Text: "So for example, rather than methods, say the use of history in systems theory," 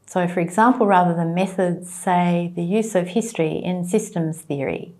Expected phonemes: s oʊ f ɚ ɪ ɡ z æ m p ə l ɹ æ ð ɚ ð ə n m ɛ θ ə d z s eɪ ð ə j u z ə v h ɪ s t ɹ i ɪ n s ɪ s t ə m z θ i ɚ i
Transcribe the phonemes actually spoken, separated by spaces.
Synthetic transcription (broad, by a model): s oʊ f ɚ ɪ ɡ z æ m p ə l ɹ æ ð ɚ ð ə m ɛ θ ə d z s eɪ ð ə j u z ə v h ɪ s t ɹ i ɪ n s ɪ s t ə m z θ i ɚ i